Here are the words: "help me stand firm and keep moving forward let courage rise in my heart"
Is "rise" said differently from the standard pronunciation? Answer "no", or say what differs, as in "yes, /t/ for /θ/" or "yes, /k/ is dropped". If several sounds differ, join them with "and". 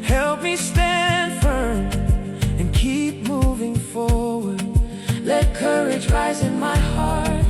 no